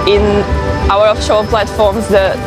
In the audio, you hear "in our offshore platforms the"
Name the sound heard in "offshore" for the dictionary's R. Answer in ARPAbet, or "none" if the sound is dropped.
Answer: L